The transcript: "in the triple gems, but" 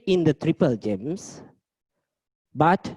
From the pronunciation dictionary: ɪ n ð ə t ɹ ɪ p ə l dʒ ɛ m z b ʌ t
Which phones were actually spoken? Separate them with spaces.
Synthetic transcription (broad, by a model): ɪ n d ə t ɹ ɪ p ə l dʒ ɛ m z b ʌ t